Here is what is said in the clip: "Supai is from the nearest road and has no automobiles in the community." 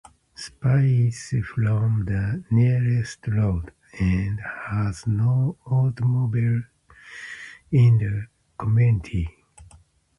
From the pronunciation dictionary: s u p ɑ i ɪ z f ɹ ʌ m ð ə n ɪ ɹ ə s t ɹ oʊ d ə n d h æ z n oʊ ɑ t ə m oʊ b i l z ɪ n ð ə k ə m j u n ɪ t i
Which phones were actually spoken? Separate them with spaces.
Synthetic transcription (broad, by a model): s p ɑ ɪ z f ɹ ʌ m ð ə n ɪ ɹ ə s t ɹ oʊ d ə n d h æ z n oʊ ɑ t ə m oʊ b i l ɪ n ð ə k ə m j u n ɪ t i